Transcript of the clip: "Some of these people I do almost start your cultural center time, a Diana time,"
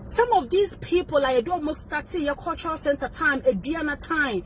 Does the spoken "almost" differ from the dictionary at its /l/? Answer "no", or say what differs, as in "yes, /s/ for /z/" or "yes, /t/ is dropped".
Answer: yes, /l/ is dropped